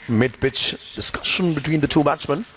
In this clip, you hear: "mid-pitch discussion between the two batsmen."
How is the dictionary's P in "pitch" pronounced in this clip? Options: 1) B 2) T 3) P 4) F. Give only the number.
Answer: 1